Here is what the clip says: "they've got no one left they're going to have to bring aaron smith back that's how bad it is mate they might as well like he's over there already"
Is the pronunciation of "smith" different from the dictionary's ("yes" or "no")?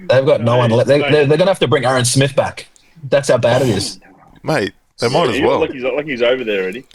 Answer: no